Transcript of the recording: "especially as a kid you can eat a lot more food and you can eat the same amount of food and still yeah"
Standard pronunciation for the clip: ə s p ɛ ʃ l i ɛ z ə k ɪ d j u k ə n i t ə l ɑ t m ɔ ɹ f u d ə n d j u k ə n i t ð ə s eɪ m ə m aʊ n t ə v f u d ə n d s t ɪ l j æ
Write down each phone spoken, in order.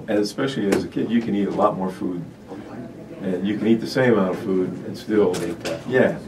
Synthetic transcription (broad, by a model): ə s p ɛ ʃ l i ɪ z ə k ɪ d j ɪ k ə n i t ə l ɑ t m ɔ ɹ f u d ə n j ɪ k ə n i t ð ə s eɪ ə m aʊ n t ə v f u d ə n s t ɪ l j æ